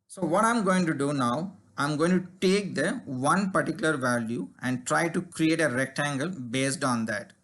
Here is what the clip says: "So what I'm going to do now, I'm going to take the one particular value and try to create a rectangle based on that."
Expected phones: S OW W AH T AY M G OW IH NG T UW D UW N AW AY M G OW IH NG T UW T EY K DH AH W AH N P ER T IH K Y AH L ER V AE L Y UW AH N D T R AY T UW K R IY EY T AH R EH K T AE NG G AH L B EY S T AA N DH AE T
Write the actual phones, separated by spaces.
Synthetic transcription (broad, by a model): S OW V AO T AY M G OW IH NG T UW D UW N AW AY M G OW IH NG T UW T EY K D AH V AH N P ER T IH K Y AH L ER V AE L Y UW AH N D T R AY T UW K R IY EY T AH R EH K T AE NG G AH L B EY S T AA N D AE T